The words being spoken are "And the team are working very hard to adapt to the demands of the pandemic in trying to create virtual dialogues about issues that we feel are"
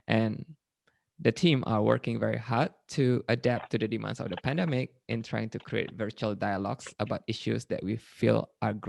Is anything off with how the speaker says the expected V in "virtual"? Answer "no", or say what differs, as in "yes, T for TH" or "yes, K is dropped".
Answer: no